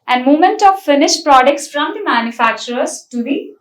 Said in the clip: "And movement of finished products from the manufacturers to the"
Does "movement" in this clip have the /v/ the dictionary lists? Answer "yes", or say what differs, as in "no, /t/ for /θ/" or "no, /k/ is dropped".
no, /v/ is dropped